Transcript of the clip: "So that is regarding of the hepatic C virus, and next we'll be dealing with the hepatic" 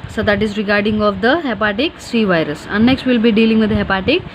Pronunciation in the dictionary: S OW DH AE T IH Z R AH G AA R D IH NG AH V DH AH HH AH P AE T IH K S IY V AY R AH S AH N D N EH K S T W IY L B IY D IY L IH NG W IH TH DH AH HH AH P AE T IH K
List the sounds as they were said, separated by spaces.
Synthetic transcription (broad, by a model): S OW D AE T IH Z R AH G AA R D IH NG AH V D AH HH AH P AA T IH K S IY V AY R AH S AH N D N EH K S T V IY L B IY D IY L IH NG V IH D HH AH P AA T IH K